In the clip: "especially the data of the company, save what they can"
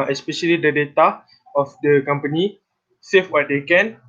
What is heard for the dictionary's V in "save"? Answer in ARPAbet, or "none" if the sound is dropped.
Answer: F